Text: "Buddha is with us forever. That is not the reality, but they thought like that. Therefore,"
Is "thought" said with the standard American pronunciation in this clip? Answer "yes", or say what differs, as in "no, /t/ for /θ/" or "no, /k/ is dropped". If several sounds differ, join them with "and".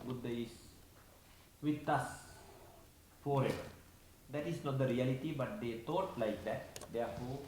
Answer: no, /t/ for /θ/